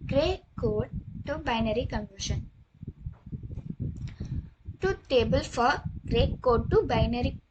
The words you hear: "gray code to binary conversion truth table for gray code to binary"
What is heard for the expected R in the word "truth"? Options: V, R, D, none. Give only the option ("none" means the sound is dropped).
none